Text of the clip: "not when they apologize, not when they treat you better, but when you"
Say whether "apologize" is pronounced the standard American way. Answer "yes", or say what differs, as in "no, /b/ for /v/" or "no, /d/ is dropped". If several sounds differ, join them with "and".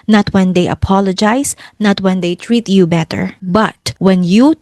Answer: no, /s/ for /z/